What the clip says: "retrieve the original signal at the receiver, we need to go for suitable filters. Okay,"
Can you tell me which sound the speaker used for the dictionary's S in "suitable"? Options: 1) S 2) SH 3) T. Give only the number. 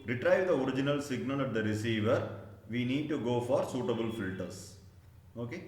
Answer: 1